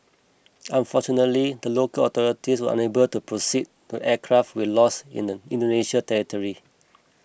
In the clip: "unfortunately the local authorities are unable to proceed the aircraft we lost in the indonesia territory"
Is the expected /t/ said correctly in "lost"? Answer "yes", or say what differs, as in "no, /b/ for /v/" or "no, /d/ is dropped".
no, /t/ is dropped